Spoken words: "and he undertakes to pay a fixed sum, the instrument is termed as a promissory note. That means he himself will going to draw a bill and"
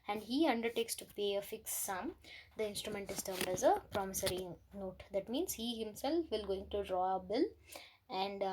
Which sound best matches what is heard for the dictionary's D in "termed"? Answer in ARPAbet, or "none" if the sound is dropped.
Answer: D